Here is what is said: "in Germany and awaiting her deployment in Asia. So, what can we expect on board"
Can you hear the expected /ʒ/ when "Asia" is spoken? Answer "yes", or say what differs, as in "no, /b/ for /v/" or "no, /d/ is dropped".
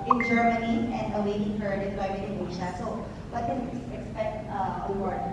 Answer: no, /ʃ/ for /ʒ/